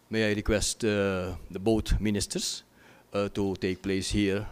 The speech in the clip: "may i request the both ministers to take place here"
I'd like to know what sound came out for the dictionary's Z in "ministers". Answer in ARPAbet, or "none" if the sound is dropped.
S